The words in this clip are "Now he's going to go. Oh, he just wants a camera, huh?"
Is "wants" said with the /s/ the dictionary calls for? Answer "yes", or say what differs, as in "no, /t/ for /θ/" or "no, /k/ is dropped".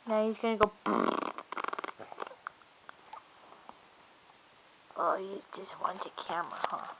no, /s/ is dropped